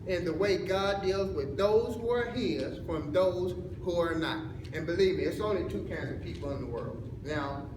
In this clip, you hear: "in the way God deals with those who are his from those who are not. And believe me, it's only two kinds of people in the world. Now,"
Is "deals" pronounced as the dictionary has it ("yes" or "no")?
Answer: yes